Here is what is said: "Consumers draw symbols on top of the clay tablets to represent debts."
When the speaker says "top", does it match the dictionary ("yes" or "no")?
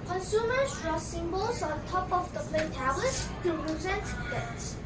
yes